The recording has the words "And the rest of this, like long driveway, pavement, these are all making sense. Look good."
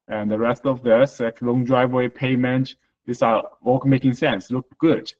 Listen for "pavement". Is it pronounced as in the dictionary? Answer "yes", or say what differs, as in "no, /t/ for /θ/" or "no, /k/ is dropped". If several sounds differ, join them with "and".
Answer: no, /v/ is dropped